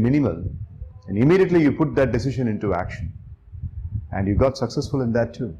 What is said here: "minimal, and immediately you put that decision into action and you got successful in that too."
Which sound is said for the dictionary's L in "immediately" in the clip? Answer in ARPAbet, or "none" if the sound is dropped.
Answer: L